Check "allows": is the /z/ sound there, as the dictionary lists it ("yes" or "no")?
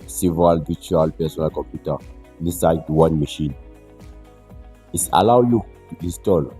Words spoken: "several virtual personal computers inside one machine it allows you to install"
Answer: no